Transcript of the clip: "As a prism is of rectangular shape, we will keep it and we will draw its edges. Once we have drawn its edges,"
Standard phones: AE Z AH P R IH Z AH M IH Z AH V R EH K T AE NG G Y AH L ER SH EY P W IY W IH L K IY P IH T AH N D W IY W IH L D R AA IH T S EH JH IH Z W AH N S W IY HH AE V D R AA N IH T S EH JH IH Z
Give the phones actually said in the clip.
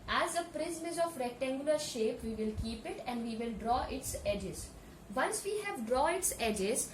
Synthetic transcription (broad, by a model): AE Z AH P R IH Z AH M IH Z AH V R EH K T AE NG G Y AH L ER SH EY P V IY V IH L K IY P IH T AH N D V IY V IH L D R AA IH T S EH JH IH Z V AH N S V IY HH AE V D R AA IH T S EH JH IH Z